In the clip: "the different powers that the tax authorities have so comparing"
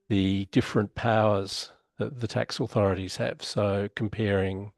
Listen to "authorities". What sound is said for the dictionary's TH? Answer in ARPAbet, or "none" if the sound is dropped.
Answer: TH